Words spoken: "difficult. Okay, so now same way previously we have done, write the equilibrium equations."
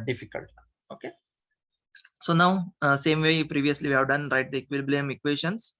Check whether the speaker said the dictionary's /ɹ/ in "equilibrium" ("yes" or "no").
no